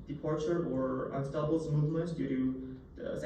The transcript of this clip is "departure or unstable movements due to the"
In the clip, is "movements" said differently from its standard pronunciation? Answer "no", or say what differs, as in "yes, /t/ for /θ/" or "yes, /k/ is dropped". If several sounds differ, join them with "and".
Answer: yes, /s/ is dropped